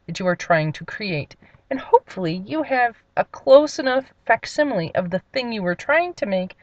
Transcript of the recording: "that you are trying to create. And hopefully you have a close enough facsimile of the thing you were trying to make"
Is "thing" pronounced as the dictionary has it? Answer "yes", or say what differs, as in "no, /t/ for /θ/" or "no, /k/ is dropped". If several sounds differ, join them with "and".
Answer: yes